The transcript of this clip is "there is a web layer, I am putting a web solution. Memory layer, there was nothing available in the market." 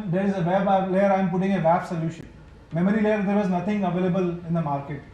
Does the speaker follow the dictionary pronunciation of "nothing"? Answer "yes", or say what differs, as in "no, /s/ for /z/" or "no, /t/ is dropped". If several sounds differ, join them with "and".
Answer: no, /t/ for /θ/